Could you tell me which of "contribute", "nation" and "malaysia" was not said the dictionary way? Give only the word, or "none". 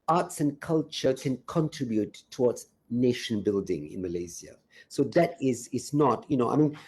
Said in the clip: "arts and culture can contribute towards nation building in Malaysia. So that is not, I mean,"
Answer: malaysia